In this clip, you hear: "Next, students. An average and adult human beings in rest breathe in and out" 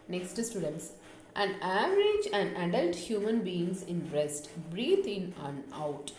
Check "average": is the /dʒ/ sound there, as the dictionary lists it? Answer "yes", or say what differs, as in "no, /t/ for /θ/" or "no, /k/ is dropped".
yes